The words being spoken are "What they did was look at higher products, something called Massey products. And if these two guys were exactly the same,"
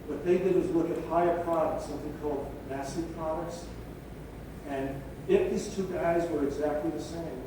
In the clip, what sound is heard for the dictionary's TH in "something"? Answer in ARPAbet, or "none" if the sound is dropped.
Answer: TH